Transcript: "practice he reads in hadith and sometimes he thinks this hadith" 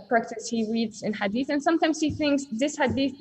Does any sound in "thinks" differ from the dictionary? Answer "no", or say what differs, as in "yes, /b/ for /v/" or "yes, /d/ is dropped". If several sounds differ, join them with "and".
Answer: no